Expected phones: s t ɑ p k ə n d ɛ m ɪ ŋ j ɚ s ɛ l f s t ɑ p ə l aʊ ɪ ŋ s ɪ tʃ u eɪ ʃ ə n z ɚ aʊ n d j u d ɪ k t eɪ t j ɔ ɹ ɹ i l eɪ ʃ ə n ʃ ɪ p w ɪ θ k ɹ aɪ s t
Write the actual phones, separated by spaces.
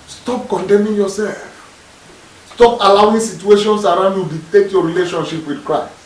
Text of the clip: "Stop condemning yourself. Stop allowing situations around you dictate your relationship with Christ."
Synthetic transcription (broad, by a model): s t ɑ p k ə n d ɛ m ɪ ŋ j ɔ s ɛ l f s t ɑ p ə l aʊ ɪ ŋ s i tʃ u eɪ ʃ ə n s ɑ aʊ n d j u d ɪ t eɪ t j ɔ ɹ ɹ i l eɪ ʃ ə n ʃ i p w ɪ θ k ɹ aɪ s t